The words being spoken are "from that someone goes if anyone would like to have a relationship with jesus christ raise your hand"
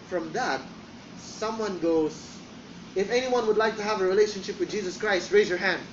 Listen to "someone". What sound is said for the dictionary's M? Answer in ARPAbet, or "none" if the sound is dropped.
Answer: M